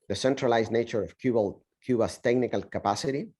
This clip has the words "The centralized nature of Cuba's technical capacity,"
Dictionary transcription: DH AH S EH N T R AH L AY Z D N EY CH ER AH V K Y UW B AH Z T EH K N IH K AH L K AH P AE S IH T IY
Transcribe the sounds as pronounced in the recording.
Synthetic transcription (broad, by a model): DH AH S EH N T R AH L AY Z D N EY CH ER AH B K Y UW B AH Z T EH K N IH K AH L K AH P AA S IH T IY